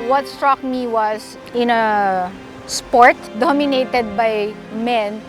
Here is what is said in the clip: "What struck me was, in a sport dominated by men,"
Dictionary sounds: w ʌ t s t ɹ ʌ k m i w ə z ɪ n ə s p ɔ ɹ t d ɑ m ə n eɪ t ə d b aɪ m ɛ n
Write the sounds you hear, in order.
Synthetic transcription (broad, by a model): w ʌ t s t ɹ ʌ k m i w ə s ɪ n ə s p ɔ ɹ t d ɑ m ə n eɪ t ə d b aɪ m ɛ n